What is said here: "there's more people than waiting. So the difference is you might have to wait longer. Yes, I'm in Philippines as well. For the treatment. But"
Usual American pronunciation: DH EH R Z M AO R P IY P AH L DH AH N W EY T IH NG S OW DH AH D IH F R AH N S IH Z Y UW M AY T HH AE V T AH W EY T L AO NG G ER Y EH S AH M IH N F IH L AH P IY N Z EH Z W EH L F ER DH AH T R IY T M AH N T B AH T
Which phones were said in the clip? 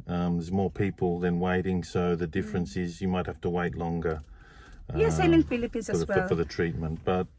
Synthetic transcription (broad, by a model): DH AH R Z M AO R P IY P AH L DH AH N W EY T IH NG S OW DH AH D IH F R AH N S IH Z Y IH M AY T HH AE F T AH W EY T L AO NG G ER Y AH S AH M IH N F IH L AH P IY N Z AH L F ER DH AH T R IY T M AH N T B AH T